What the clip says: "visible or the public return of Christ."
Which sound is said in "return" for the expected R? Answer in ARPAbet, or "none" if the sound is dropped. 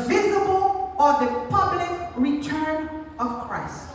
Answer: R